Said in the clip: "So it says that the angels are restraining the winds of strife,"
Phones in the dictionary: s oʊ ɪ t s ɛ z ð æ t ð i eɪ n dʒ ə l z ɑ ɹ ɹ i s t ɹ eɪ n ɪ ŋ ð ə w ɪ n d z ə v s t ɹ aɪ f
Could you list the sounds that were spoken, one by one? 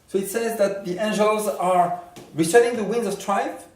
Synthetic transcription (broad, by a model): s oʊ ɪ t s ɛ z ð æ t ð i eɪ n dʒ ə l z ɑ ɹ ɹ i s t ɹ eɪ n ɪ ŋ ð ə w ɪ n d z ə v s t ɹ aɪ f